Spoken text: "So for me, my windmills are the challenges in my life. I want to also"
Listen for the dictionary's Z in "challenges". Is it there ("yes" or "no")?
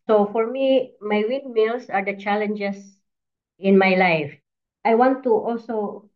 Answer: no